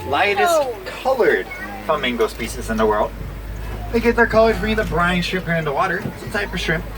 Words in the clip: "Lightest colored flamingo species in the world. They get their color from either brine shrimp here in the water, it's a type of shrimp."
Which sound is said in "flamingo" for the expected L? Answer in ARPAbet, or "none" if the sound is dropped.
none